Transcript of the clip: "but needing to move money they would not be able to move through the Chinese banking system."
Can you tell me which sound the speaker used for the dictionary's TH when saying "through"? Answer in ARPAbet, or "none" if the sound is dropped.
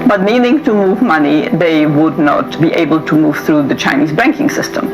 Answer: TH